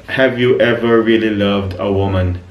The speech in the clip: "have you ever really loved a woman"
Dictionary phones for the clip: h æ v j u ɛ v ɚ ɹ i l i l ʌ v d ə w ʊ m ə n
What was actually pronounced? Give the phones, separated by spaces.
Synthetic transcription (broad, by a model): h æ v j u ɛ v ɚ ɹ i l i l ʌ v d ə w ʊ m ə n